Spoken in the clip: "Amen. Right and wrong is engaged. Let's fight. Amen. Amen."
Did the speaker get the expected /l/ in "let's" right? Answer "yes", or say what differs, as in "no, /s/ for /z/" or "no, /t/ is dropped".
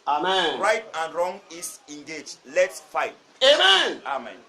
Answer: yes